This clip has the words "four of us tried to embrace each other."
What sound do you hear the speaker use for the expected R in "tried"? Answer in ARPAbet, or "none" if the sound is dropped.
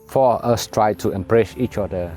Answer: R